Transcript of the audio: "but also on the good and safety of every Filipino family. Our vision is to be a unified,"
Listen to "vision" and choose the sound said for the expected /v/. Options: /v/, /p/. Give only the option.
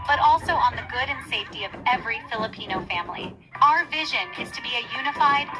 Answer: /v/